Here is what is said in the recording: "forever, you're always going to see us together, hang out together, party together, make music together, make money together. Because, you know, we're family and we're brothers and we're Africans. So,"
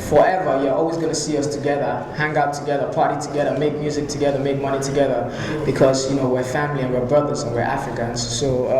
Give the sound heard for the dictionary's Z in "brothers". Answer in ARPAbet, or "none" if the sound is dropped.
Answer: Z